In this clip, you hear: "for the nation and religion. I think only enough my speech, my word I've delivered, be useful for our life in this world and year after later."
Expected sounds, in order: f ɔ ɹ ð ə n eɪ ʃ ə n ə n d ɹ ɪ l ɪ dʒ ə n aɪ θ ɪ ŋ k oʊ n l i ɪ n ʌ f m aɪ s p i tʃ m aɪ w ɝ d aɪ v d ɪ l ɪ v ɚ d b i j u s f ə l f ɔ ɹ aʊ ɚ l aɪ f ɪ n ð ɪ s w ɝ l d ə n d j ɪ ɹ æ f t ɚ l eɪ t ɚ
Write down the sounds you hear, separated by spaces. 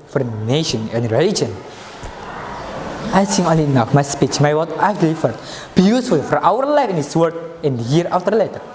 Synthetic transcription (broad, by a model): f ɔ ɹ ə n eɪ ʃ ə n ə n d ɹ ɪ l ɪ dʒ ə n aɪ s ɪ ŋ oʊ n l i n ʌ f m aɪ s p i tʃ m aɪ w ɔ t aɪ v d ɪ l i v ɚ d b i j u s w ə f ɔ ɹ aʊ ɚ l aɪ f ɪ n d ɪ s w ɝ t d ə n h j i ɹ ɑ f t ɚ l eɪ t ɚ